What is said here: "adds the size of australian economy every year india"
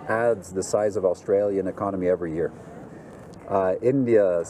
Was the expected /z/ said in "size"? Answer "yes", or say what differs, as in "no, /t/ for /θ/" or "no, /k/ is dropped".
yes